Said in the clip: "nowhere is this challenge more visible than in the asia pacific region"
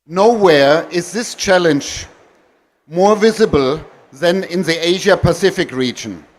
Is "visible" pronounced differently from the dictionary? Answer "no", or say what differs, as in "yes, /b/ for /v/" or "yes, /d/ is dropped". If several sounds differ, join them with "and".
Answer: no